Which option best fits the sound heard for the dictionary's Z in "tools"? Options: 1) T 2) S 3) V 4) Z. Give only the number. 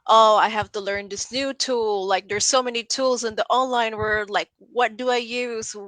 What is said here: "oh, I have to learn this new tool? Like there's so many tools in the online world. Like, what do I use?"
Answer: 4